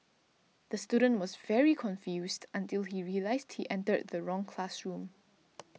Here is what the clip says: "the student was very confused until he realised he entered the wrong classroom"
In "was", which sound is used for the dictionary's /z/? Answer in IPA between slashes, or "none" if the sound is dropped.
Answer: /z/